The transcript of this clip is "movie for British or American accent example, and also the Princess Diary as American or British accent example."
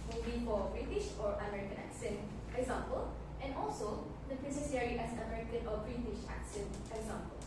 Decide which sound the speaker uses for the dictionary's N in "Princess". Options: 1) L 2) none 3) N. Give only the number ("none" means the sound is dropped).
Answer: 2